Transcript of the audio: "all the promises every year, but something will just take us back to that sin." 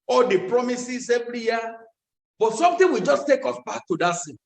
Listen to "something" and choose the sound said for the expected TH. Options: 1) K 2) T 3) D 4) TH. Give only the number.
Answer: 2